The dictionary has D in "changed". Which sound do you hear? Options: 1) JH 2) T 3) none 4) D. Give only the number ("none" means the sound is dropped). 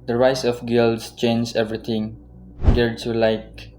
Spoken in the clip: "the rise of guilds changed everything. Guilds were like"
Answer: 3